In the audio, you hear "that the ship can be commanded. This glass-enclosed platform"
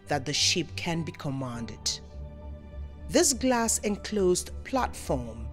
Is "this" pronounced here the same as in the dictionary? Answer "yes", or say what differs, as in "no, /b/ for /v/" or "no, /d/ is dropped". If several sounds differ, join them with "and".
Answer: yes